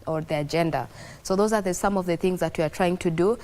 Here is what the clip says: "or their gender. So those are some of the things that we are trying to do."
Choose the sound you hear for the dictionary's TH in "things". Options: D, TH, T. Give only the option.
TH